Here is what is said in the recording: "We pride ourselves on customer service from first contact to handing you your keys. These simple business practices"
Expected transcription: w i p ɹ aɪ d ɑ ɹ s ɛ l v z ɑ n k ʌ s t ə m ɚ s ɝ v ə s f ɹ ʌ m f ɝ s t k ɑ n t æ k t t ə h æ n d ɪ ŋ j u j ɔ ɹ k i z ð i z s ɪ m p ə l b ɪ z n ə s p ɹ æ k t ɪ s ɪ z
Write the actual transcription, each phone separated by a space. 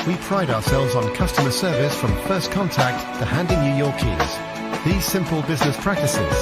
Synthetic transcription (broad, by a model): w i p ɹ aɪ d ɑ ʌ s ɛ l v z n k ʌ s t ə m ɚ s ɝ v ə s f ɹ ʌ m f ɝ s k ɑ n t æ k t t ə h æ n d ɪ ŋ j u j ɔ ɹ k i z ð i z s ɪ m p ə l b ɪ z n ə s p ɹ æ k t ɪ s ɪ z